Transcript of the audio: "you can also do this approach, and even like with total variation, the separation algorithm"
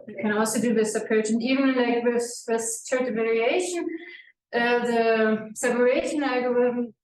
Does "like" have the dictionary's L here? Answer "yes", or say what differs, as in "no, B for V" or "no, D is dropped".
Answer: no, N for L